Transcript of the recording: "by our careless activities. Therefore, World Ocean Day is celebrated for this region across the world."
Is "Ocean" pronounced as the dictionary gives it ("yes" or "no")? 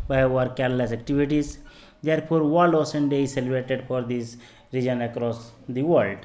no